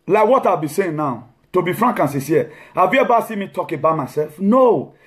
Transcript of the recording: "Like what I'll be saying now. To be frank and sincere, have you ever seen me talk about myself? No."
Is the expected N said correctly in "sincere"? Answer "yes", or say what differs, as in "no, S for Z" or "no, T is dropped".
no, N is dropped